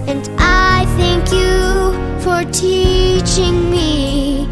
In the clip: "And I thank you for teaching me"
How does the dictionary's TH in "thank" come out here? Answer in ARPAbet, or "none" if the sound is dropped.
TH